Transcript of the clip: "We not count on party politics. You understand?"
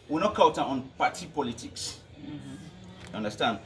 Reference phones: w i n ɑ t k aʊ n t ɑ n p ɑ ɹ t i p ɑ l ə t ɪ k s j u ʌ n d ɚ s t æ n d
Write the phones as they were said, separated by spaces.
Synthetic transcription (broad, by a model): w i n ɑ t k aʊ t ɑ n p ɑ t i p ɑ l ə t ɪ k s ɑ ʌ n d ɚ s t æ n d